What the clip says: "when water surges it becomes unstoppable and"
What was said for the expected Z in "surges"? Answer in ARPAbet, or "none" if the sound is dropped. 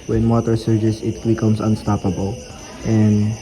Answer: S